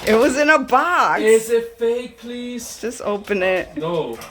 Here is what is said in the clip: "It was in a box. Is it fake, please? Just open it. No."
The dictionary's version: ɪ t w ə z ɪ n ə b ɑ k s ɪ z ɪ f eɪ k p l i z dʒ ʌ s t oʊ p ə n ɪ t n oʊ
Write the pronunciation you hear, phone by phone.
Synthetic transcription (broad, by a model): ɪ t w ə z ɪ n ə b ɑ k ɪ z ɪ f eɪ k p l i z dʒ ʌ s t oʊ p ə n ɪ t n oʊ